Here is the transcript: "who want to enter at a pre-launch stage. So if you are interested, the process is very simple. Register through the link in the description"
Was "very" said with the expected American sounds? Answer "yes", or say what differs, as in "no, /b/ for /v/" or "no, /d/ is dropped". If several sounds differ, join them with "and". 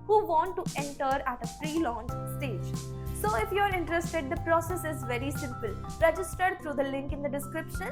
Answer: yes